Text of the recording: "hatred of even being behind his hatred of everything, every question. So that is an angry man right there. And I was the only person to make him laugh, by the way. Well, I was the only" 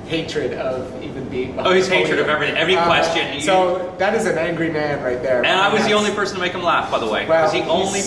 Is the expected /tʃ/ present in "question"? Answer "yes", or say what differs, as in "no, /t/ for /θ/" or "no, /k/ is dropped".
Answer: yes